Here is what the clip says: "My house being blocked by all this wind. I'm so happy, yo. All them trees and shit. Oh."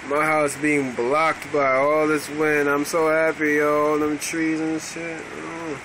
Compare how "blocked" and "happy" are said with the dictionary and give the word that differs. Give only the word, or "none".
none